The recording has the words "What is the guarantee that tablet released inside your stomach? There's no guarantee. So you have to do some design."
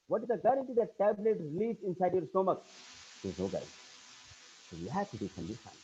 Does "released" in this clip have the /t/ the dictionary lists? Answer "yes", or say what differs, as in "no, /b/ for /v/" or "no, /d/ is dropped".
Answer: no, /t/ is dropped